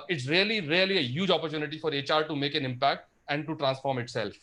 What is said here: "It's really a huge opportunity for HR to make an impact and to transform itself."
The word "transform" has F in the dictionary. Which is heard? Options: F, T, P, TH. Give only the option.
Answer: F